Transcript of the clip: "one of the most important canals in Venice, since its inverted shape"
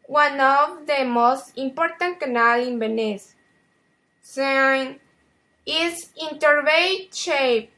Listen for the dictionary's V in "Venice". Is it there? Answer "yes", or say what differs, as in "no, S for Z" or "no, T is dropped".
no, B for V